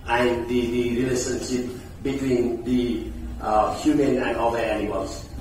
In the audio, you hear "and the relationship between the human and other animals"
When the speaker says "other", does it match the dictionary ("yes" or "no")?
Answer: no